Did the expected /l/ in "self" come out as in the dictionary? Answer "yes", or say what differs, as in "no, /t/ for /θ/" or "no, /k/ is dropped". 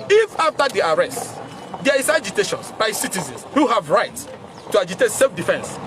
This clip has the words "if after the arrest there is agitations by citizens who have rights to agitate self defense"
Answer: yes